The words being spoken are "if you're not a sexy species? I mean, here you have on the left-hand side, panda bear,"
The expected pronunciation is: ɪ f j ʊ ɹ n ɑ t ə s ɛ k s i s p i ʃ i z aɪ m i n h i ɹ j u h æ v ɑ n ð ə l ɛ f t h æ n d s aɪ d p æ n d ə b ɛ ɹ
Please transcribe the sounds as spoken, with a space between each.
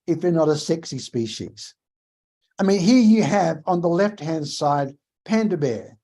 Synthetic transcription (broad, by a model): ɪ f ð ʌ ɹ n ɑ t ə s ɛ k s i s p i ʃ i z aɪ m i n h i ɹ j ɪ v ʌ n ð ə l ɛ f t h æ n d s aɪ d p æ n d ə b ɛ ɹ